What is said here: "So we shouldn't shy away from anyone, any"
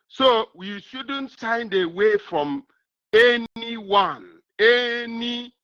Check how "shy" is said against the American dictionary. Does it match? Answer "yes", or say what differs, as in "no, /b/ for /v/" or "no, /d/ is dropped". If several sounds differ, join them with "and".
no, /s/ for /ʃ/